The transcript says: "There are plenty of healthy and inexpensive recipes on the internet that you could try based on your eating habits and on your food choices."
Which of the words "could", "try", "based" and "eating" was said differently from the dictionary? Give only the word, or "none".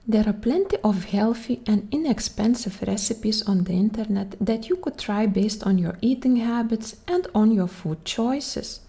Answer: none